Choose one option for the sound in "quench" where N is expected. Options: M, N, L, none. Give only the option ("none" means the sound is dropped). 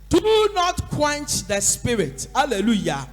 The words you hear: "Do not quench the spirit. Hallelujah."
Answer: N